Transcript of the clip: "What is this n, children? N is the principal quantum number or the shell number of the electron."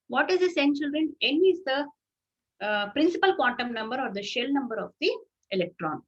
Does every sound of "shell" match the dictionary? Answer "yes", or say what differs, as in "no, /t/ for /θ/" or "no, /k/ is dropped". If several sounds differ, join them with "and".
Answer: yes